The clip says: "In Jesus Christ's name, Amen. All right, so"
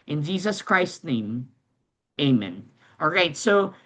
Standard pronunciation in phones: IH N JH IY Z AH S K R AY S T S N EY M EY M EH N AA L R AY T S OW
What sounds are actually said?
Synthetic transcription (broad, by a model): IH N JH IY Z AH S K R AY S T N EY M EY M EH N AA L R AY T S OW